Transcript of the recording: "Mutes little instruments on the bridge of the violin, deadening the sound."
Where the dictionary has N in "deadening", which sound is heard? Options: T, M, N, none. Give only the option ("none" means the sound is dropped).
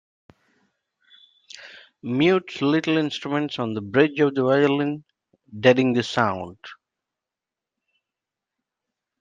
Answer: none